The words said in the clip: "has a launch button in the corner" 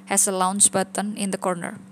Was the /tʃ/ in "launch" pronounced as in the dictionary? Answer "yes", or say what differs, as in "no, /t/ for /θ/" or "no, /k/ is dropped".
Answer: no, /s/ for /tʃ/